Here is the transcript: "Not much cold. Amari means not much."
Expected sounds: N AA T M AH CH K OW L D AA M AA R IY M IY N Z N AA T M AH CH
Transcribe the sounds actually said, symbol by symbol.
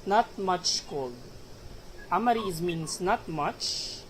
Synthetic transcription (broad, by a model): N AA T M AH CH K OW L AA M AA R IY M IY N S N AA T M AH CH